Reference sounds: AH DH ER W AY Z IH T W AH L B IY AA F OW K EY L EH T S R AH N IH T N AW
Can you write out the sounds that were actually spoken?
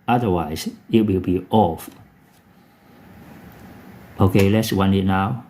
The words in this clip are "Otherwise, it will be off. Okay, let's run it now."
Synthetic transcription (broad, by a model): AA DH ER W AY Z IH T W AH L B IY AA F OW K EY L EH T S W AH N IH T N AW